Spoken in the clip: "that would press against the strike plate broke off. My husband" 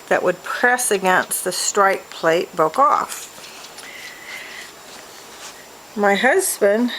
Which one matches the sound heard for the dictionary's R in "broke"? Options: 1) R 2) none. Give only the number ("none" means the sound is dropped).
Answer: 2